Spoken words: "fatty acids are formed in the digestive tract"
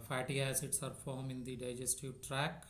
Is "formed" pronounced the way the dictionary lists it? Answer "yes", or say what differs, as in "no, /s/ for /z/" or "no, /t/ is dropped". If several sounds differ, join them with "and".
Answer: no, /d/ is dropped